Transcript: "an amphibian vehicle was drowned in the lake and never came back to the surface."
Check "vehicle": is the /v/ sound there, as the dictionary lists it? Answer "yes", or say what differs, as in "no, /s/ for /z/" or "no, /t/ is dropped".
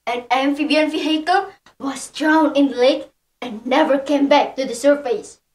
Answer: no, /f/ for /v/